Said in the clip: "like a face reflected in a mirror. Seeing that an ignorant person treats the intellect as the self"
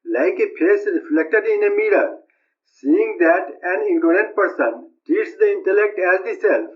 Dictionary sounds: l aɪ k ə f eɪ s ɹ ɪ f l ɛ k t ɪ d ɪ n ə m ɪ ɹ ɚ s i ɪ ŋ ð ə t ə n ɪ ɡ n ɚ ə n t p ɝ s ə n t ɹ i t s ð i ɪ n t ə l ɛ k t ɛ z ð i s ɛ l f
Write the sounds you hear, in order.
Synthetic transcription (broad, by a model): l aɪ k ə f eɪ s ɹ ɪ f l ɛ k t ɪ d ɪ n ə m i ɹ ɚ s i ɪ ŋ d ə t ə n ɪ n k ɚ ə n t p ɝ s ə n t i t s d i ɪ n t ə l ɛ k t ɛ z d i s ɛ l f